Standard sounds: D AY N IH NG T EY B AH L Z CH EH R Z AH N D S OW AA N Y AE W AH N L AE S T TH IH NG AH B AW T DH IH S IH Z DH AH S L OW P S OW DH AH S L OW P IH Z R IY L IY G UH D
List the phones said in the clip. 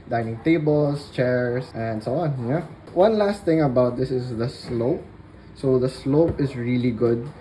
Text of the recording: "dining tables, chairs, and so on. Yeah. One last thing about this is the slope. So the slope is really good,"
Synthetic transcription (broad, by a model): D AY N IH NG T EY B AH L S CH EH R S AH N D S OW AA N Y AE W AH N L AE S T TH IH NG AH B AW T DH IH S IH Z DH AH S L OW P S OW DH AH S L OW P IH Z R IY L IY G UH D